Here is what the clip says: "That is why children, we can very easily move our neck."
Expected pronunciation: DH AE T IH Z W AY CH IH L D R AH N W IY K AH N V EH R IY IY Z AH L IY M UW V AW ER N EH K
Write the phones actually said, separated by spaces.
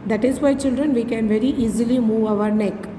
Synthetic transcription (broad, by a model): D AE T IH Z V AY CH IH L D R AH N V IY K AH N V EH R IY IY Z AH L IY M UW V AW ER N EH K